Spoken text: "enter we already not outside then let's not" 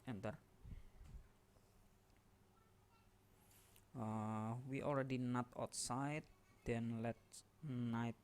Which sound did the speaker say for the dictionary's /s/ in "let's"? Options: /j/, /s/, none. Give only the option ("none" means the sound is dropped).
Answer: none